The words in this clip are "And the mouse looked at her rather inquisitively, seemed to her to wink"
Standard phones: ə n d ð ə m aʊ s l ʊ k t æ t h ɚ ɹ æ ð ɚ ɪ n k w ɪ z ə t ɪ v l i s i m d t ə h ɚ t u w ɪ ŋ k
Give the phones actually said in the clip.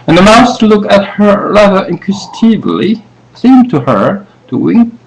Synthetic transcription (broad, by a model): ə n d ð ə m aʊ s l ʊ k æ t h ɚ ɹ æ ð ɚ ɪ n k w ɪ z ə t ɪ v l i s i m t ə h ɚ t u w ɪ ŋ